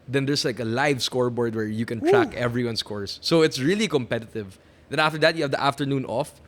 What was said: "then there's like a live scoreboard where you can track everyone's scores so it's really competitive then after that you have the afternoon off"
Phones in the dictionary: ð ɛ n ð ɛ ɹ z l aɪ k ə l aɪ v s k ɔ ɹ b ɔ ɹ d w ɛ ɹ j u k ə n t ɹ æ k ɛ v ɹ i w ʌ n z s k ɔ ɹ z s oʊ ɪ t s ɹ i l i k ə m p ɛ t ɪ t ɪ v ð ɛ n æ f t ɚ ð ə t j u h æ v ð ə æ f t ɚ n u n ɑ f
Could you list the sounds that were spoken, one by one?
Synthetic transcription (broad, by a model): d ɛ n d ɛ ɹ s l aɪ k ə l aɪ v s k ɔ ɹ b ɔ ɹ d w ɛ ɹ j u k ə n t ɹ æ k ɛ v ɹ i w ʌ n s k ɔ ɹ s oʊ ɪ t s ɹ i l i k ə m p ɛ t ɪ t ɪ v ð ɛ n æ f t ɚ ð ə t j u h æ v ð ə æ f t ɚ n u n ɑ f